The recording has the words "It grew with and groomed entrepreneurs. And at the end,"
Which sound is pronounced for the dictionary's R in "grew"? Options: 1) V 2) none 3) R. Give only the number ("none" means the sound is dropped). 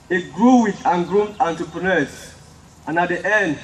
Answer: 3